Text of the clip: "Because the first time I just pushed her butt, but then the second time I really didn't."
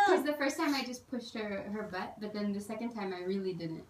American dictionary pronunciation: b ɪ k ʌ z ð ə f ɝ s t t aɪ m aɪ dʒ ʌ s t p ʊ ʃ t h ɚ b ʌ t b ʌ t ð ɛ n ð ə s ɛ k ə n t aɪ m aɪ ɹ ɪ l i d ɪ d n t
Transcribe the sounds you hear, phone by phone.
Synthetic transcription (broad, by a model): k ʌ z ð ə f ɝ s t t aɪ m aɪ dʒ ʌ s p ʊ ʃ t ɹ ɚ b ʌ t b ʌ t ð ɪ n ð ə s ɛ k ə n t aɪ m aɪ ɹ ɪ l i d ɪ d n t